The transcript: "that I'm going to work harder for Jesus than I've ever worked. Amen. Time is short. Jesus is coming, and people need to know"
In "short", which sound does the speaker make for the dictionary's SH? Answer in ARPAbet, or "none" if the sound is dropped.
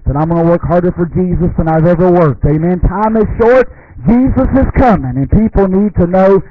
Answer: SH